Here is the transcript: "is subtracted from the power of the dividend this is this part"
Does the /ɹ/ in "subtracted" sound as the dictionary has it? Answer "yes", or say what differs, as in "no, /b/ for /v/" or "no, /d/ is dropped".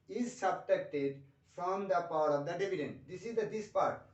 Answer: no, /ɹ/ is dropped